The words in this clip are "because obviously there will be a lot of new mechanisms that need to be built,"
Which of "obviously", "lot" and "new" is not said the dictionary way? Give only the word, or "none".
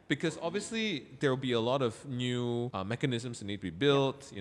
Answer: none